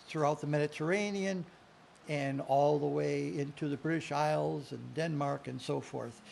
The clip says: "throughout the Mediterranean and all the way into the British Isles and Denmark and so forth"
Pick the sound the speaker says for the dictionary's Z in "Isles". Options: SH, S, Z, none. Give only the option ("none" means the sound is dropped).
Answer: Z